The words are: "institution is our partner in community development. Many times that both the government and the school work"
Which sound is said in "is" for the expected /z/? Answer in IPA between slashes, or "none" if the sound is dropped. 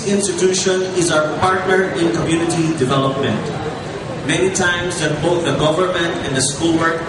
/z/